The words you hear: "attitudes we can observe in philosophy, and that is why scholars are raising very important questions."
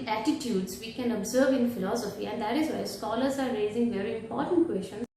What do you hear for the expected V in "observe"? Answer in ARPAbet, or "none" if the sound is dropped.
V